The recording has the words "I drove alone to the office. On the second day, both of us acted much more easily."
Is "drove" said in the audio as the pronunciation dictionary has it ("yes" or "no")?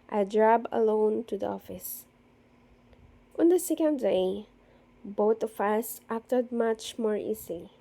no